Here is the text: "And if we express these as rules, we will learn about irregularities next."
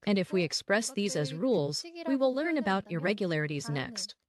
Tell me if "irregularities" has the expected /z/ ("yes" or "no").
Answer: yes